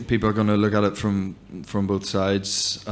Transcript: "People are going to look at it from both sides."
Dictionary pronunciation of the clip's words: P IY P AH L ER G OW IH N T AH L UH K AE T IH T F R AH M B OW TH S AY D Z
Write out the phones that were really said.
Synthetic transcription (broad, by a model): P IY P L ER G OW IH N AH L UH K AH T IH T F R AH M B OW TH S AY D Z